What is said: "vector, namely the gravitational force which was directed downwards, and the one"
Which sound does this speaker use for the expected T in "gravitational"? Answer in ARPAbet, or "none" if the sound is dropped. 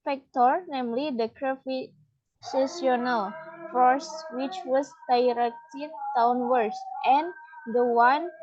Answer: S